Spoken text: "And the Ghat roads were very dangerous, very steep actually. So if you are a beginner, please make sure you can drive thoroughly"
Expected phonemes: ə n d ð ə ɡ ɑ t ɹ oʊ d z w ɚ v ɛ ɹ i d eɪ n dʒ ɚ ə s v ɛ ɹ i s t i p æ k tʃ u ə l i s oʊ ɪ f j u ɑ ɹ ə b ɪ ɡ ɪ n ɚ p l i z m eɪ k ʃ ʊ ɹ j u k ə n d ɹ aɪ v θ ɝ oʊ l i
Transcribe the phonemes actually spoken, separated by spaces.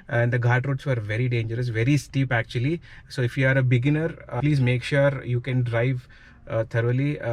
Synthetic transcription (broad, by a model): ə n d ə ɡ ɑ t ɹ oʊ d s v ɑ v ɛ ɹ i d eɪ n dʒ ɚ ə s v ɛ ɹ i s t i p æ k tʃ u ə l i s oʊ ɪ f j u ɑ ɹ ə b ɪ ɡ ɪ n ɚ p l i z m eɪ k ʃ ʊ ɹ j u k ə n d ɹ aɪ v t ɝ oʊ l i